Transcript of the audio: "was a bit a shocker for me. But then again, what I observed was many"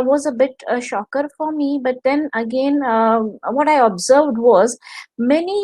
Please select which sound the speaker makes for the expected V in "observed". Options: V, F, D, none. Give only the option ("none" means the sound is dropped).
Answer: V